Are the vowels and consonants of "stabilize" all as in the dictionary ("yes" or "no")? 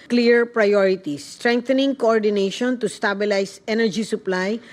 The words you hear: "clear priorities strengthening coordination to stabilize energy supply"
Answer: no